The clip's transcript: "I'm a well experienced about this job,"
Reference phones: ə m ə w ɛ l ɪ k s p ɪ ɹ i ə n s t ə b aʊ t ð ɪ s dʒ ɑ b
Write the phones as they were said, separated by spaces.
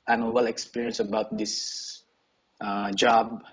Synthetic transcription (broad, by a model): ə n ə w ɛ l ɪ k s p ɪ ɹ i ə n s ə b aʊ t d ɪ s dʒ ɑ b